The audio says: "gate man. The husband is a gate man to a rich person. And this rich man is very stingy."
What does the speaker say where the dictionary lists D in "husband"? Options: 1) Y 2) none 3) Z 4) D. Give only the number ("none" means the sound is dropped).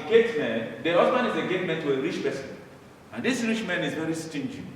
2